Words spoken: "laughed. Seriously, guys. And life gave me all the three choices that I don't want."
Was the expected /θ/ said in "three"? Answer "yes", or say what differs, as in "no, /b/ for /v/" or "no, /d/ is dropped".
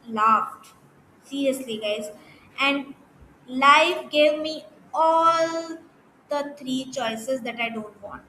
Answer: no, /t/ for /θ/